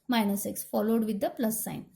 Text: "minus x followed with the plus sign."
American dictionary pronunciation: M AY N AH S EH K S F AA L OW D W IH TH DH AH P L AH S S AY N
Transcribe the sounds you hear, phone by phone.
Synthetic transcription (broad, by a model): M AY N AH S EH K S F AA L OW D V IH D AH P L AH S S AY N